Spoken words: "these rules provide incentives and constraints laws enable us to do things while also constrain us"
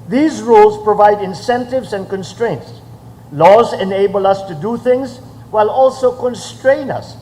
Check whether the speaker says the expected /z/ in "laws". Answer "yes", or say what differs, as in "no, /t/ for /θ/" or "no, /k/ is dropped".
yes